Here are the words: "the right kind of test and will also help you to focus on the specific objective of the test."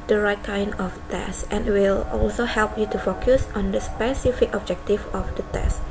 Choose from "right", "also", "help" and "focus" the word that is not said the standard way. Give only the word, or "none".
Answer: none